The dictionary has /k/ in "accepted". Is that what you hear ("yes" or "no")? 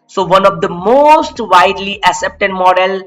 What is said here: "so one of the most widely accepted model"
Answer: no